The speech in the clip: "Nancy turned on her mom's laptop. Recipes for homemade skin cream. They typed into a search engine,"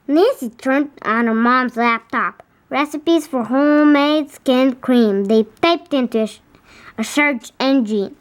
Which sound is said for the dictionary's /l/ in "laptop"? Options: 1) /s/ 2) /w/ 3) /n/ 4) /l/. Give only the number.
4